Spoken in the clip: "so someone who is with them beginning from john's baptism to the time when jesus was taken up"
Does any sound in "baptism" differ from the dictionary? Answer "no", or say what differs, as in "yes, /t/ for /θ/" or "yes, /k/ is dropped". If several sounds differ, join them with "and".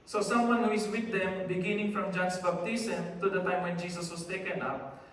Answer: yes, /b/ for /p/ and /s/ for /z/